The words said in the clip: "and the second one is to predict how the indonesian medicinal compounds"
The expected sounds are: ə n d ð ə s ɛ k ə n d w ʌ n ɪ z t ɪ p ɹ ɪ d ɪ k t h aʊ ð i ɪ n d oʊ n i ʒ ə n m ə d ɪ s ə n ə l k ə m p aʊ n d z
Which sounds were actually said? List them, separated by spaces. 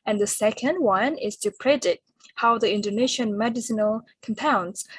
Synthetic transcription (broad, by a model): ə n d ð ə s ɛ k ə n d w ʌ n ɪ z t ɪ p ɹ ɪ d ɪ t h aʊ ð i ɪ n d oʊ n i ʃ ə n m ə d ɪ s ə n ə l k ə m p aʊ n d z